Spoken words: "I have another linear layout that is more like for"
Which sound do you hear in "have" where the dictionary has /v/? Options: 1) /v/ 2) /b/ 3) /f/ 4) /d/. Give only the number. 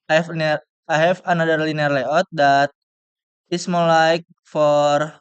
3